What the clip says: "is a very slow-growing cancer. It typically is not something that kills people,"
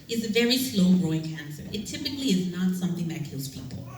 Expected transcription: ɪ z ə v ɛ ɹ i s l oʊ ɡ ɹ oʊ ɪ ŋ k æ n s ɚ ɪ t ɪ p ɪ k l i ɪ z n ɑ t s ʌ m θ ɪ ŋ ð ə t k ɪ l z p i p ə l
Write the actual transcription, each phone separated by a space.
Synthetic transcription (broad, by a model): ɪ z ə v ɛ ɹ i s l oʊ ɡ ɹ oʊ ɪ ŋ k æ n s ɚ ɪ t ɪ p ɪ k l i ɪ z n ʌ t s ʌ m θ ɪ ŋ ð ə t k ɪ l z p i p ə l